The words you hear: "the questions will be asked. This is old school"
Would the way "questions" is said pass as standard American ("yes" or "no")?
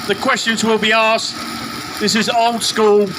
yes